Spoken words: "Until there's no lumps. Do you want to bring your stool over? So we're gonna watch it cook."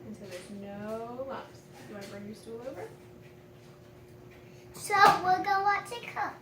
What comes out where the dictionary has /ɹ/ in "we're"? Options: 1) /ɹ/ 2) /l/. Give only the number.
2